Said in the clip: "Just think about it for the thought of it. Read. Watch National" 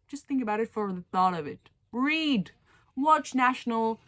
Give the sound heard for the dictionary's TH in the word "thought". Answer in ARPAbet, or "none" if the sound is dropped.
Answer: TH